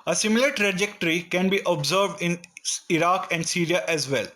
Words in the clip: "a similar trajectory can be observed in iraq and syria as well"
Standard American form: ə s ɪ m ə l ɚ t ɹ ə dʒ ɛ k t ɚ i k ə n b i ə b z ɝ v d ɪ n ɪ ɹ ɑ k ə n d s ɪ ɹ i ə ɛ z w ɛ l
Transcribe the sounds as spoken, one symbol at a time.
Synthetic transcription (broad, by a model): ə s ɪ m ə l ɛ t ɹ ə dʒ ɛ k t ɚ i k ə n b i ə b z ɝ v d ɪ n ɪ ɹ ɑ k ə n d s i ɹ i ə ɛ z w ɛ l